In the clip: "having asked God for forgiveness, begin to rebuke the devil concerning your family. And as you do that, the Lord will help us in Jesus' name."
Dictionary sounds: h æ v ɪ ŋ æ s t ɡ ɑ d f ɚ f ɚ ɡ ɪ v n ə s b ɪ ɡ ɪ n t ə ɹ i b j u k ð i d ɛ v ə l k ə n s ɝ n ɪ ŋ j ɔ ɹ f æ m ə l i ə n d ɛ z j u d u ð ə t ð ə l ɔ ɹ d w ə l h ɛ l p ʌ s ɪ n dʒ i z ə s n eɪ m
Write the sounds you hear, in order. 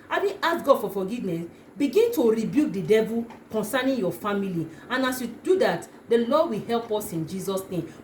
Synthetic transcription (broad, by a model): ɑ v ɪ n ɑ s ɡ ɑ d f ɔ f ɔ ɡ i v n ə s b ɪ ɡ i n t ə ɹ i b j u k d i d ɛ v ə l k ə n s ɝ n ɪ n j ɔ f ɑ m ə l i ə n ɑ s j u d u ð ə t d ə l ɔ d w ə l h ɛ l p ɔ s ɪ n dʒ i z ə s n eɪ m